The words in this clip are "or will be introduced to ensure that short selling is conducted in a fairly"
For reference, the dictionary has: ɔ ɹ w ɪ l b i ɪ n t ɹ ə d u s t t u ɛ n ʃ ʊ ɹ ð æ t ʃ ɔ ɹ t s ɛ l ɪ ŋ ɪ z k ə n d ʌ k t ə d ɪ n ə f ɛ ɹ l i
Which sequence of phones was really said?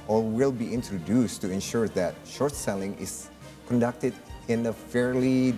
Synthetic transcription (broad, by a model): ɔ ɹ w ɪ l b i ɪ n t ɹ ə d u s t t u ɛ n ʃ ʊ ɹ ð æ t ʃ ɔ ɹ t s ɛ l ɪ ŋ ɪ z k ə n d ʌ k t ə d ɪ n ə f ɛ ɹ l i